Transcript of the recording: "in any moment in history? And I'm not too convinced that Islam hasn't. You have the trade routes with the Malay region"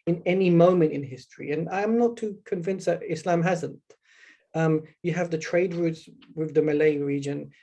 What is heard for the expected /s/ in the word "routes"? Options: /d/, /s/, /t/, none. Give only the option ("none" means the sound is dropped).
/s/